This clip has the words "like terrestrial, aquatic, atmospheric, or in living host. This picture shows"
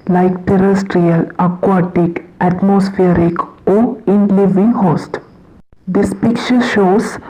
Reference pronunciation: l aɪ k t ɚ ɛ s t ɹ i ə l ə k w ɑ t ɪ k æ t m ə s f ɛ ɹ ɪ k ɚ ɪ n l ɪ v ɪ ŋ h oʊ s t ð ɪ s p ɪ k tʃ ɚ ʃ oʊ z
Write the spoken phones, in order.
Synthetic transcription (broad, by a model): l aɪ k t ɚ ɛ s t ɹ i ə l ə k w ɑ t ɪ k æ t m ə s f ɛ ɹ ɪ k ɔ ɪ n l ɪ v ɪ ŋ h oʊ s t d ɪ s p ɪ k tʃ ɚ ʃ oʊ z